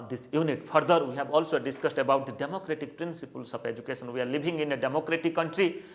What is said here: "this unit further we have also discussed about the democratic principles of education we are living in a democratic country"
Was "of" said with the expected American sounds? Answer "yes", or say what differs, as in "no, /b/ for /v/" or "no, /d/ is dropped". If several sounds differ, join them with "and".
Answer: no, /p/ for /v/